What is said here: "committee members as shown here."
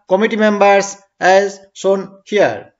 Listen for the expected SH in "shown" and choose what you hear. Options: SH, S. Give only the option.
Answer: S